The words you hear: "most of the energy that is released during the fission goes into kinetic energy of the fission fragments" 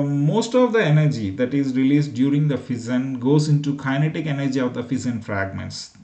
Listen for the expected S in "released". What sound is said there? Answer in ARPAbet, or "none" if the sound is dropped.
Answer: S